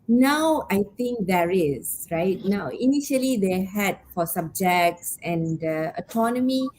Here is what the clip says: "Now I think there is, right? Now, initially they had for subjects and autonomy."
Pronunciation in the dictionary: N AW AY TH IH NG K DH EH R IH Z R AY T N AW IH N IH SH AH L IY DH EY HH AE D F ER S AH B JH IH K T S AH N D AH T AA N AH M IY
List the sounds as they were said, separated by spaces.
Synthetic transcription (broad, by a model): N AW AY T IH NG K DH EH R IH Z R AY T N AW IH N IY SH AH L IY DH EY HH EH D F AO S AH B JH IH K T S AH N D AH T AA N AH M IY